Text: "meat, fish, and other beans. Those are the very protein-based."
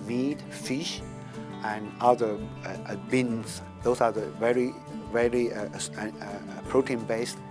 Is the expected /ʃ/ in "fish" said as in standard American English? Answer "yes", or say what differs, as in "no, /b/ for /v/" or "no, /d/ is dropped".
yes